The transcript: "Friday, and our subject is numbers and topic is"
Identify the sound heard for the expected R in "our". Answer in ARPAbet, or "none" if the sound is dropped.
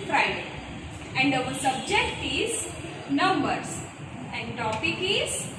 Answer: L